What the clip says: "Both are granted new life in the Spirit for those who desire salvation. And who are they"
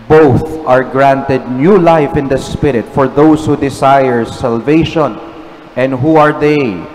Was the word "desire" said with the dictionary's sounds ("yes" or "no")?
no